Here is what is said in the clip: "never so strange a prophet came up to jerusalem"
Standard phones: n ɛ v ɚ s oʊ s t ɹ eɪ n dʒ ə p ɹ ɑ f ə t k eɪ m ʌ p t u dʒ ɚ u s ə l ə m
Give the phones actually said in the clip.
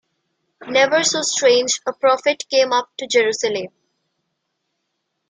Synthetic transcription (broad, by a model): n ɛ v ɚ s oʊ s t ɹ eɪ n dʒ ə p ɹ ɑ f ə t k eɪ m ʌ p t u dʒ ɚ u s ə l ə m